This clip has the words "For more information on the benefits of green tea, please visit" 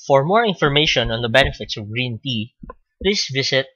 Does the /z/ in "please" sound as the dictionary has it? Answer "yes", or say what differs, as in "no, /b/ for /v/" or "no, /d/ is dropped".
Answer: no, /s/ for /z/